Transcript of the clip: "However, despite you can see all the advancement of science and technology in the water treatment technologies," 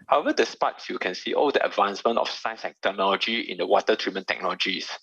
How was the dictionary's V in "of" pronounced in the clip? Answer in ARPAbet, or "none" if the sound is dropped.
F